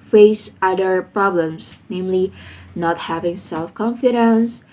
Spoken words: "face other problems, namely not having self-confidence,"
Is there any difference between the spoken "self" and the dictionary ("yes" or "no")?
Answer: no